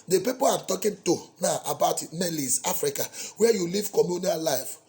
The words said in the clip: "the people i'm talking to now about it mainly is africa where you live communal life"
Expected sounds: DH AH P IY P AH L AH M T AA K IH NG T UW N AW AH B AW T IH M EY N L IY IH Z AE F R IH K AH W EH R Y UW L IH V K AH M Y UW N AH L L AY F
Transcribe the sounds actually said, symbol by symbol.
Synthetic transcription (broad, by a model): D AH P IY P AH L AH M T AA K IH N T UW N AW AH B AW T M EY L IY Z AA F R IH K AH W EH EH Y UW L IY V K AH M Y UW N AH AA L AY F